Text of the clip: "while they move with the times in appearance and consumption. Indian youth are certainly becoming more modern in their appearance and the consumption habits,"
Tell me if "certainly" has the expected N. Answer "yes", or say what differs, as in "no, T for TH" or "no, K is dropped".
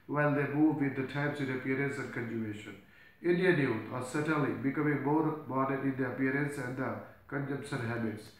no, N is dropped